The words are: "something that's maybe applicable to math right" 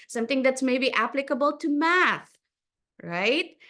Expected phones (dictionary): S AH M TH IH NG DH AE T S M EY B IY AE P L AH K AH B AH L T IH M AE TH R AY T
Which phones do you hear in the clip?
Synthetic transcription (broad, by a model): S AH M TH IH NG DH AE T S M EY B IY AE P L AH K AH B AH L T IH M AE TH R AY T